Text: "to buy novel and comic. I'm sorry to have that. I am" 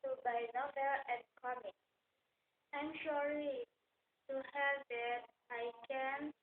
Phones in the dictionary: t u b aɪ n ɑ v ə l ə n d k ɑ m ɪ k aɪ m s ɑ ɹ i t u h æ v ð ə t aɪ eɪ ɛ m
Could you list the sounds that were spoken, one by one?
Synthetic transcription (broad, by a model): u b aɪ n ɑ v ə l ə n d k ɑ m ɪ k aɪ m ʃ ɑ l i t u h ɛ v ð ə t aɪ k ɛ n